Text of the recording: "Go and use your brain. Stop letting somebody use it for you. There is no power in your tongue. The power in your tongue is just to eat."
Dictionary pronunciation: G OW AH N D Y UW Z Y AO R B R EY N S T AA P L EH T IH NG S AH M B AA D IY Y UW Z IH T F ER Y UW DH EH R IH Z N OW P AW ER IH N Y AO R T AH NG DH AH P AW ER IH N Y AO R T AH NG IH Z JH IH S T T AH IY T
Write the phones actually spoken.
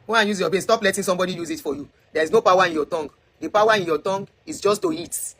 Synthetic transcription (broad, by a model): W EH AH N Y UW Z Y AO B EY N S T AA P L EH T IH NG S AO M B AA D IY Y UW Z IH T F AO Y UW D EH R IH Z N OW P AW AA IH N Y AO T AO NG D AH P AW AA IH N Y AO T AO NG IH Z JH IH S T T AH IY T